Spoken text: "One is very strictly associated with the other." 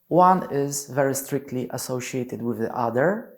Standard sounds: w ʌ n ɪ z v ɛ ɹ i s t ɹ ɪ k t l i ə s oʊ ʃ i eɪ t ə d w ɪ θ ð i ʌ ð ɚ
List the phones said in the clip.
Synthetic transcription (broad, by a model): w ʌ n ɪ z v ɛ ɹ i s t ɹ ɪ k t l i ə s oʊ ʃ i eɪ t ə d w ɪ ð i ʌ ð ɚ